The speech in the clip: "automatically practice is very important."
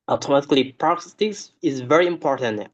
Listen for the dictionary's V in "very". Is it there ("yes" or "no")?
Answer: yes